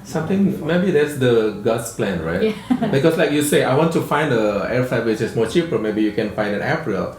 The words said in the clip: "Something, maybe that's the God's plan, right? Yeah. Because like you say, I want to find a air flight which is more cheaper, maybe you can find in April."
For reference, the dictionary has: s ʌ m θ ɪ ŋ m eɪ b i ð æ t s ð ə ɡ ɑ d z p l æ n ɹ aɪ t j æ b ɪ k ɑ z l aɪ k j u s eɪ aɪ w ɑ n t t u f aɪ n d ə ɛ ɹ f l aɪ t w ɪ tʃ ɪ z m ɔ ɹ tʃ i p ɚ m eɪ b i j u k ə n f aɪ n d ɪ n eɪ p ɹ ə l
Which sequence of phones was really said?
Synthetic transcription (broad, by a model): s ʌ m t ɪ ŋ m eɪ b i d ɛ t s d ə ɡ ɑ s p l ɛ n ɹ aɪ t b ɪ k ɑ s l aɪ k j u s eɪ aɪ w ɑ n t t u f aɪ n d ə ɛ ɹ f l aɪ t w ɪ tʃ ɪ s m ɔ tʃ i p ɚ m eɪ b i j u k ə n f aɪ n d ɪ n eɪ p ɹ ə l